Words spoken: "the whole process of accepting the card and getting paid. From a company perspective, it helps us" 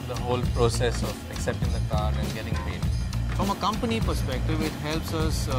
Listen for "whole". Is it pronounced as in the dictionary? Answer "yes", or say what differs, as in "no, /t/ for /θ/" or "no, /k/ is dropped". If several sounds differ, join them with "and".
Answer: yes